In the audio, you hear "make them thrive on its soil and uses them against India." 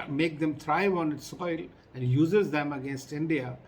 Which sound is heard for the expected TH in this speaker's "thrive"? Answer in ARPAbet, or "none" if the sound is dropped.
T